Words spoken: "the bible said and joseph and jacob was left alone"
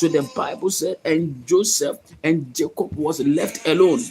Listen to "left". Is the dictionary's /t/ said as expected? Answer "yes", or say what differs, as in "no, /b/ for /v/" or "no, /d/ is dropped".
yes